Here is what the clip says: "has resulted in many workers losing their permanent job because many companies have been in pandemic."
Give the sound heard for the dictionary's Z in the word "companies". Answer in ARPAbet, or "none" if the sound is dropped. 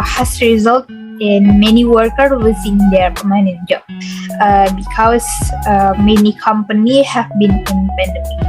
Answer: none